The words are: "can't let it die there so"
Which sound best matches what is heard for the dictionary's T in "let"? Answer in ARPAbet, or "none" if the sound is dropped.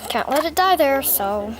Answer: T